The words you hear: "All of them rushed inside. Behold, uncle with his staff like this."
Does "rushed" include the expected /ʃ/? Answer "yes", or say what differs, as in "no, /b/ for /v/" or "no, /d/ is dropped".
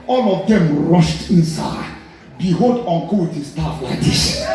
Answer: yes